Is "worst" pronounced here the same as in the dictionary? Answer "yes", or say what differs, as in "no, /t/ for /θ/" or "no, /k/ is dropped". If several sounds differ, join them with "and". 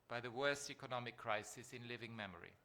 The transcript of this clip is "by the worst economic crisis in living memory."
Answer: yes